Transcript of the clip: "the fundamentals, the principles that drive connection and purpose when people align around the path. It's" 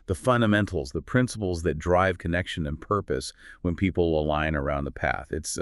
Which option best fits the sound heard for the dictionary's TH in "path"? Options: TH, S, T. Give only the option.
TH